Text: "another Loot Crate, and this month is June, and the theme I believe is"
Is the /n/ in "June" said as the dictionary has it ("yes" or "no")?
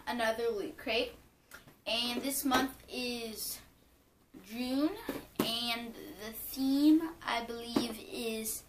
yes